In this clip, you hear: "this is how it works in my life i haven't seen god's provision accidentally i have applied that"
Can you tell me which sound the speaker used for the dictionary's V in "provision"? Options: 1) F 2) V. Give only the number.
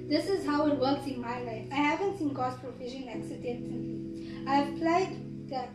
1